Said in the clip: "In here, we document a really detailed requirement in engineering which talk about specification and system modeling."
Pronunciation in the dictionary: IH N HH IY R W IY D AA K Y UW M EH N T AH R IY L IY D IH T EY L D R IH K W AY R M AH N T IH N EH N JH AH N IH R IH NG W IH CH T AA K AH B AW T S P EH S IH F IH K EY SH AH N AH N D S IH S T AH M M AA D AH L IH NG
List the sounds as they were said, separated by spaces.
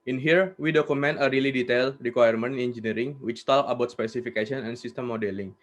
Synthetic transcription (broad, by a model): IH N HH IY R W IY D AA K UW M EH N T AH R IY L IY D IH T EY L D R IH K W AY R M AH N IH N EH N JH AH N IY R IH NG W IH CH T AA K AH B AW T S P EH S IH F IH K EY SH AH N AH N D S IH S T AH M M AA D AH L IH NG